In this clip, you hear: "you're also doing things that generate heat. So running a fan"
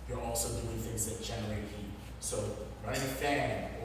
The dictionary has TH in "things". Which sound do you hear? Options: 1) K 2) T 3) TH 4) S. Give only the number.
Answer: 3